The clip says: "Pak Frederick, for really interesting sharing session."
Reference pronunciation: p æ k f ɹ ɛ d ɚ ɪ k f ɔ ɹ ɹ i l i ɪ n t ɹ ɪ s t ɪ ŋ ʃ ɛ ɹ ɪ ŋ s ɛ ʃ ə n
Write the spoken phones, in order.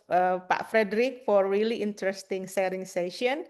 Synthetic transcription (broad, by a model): p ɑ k f ɹ ɛ d ɚ ɪ k f ɔ ɹ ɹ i l i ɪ n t ɹ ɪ s t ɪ ŋ s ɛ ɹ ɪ ŋ s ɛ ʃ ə n